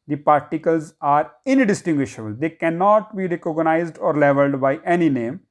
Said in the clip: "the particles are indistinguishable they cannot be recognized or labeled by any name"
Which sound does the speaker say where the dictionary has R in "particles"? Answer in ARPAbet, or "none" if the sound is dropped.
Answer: R